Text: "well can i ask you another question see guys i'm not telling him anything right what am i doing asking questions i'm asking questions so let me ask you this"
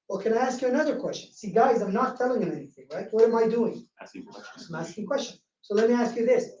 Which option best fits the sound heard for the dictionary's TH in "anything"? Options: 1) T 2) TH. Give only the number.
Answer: 2